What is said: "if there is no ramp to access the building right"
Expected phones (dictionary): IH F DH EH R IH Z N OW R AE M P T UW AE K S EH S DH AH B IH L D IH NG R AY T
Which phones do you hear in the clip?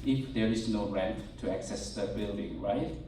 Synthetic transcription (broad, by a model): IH F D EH R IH S N OW R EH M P T UW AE K S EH S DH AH B IH L D IH NG R AY T